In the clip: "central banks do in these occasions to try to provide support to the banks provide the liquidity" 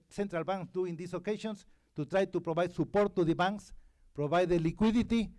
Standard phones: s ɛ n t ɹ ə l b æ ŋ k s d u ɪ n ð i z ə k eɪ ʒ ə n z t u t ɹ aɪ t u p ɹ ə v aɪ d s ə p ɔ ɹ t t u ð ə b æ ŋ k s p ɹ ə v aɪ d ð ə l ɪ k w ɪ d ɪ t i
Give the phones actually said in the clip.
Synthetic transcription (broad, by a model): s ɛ n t ɹ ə l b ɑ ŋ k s d u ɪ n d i s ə k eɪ ʃ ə n s t u t ɹ aɪ t u p ɹ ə b aɪ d s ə p ɔ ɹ t t u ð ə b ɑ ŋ k s p ɹ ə b aɪ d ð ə l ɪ k w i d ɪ t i